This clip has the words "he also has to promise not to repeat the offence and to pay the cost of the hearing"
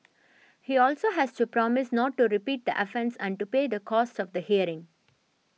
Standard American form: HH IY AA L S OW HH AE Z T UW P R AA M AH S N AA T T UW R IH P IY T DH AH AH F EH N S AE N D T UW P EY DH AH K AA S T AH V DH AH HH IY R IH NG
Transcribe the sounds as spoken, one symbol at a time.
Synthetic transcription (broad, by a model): HH IY AA L S OW HH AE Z T UW P R AA M AH S N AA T T UW R IH P IY T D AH AH F EH N S AE N D T UW P EY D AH K AA S T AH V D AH HH IY R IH NG